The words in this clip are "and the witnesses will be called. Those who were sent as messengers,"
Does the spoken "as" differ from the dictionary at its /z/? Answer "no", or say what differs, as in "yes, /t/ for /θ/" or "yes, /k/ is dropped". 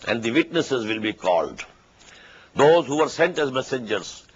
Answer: no